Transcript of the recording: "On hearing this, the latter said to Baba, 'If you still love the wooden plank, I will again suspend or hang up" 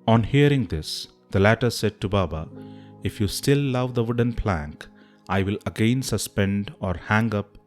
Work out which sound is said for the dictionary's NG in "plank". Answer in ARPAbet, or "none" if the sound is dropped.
NG